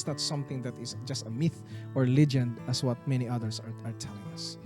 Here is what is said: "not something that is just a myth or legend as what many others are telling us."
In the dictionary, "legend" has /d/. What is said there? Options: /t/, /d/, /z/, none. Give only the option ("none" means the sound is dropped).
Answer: /d/